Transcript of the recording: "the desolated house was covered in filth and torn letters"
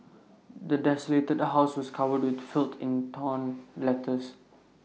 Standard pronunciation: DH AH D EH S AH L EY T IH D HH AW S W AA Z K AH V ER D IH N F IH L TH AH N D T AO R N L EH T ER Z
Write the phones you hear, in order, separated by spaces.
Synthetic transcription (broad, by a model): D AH D EH S AH L EY T IH D HH AW S W AA S K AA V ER D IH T F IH L T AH N T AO N L EH T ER S